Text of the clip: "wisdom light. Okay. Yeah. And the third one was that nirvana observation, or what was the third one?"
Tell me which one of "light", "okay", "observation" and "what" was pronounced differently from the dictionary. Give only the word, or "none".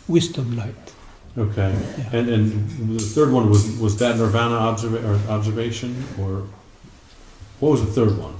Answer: none